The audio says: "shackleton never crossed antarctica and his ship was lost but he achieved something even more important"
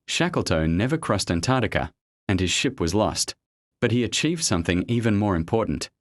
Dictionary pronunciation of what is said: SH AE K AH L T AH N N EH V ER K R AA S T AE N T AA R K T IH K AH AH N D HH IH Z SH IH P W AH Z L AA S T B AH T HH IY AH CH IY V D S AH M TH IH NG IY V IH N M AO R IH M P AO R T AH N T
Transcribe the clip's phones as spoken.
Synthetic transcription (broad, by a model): SH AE K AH L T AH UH N EH V ER K R AA S T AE N T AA R T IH K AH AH N IH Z SH IH P W AH Z L AA S T B AH T HH IY AH CH IY V D S AH M TH IH NG IY V IH N M AO R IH M P AO R T N T